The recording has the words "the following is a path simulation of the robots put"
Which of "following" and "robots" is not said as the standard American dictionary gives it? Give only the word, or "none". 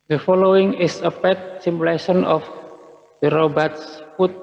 none